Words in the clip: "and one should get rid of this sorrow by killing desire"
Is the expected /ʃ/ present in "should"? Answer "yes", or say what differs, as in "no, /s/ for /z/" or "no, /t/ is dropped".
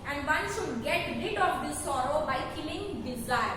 no, /s/ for /ʃ/